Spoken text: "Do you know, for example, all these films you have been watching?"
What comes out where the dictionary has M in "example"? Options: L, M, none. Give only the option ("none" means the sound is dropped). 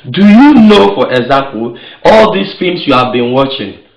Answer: none